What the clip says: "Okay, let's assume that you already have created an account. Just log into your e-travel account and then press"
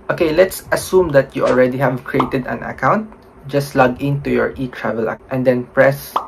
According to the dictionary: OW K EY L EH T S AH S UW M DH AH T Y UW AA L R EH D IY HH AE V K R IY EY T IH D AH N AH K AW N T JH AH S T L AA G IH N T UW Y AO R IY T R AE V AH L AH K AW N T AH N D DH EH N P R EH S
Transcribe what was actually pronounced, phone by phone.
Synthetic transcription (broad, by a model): OW K EY L EH T S AH S UW M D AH T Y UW AA L R EH D IY HH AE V K R IY EY T IH D AH N AH K AW N T JH AH S T L AA G IH N T UW Y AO R IY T R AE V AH L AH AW T AH N D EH N P R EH S